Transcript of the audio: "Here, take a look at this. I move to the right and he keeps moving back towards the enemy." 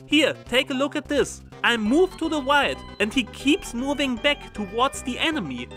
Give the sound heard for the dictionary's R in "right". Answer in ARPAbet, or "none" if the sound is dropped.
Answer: W